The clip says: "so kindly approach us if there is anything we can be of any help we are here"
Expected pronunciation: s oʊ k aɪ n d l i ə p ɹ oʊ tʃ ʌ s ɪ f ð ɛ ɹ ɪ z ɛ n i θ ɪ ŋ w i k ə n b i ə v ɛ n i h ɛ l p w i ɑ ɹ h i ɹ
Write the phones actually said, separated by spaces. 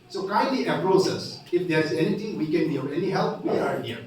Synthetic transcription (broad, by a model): s oʊ k aɪ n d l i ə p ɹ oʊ s ʌ s ɪ f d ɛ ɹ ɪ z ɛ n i t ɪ ŋ w i k ə n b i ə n ɛ n i h ɛ l p w i ɑ ɹ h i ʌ